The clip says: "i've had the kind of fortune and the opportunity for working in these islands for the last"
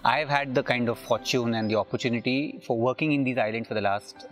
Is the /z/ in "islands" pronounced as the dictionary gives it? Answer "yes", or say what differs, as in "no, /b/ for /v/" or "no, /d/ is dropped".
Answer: no, /z/ is dropped